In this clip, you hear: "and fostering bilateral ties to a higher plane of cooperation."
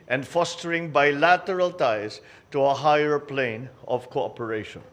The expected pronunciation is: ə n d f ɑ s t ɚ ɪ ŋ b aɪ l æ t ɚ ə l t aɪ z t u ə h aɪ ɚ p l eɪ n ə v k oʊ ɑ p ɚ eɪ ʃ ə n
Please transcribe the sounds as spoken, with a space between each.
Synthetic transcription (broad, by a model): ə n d f ɑ s t ɚ ɪ ŋ b aɪ l æ t ɚ ə l t aɪ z t u ə h aɪ ɚ p l eɪ n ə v k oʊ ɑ p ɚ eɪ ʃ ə n